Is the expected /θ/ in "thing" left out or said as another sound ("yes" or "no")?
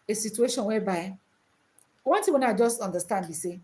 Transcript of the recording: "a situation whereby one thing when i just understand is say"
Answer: yes